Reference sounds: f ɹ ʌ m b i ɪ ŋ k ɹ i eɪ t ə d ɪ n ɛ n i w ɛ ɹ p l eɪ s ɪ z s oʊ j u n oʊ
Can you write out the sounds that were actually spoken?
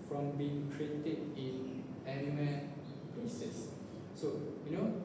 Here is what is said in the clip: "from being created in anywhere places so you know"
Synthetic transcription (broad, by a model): f ɹ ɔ m b i ɪ ŋ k ɹ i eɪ t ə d ɪ n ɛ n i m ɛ l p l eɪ s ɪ s oʊ j u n oʊ